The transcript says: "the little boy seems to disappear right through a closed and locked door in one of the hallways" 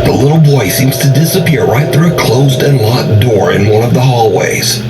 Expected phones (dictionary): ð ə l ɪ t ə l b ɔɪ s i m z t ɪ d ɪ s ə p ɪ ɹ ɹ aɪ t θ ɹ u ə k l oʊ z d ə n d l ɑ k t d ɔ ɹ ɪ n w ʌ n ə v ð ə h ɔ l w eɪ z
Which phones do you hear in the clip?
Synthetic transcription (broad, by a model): ð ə l ɪ t l b ɔɪ s i m z t ɪ d ɪ s ə p ɪ ɹ ɹ aɪ t θ ɹ u ə k l oʊ z d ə n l ɑ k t d ɔ ɹ ɪ n w ʌ n ə v ð ə h ɔ l w eɪ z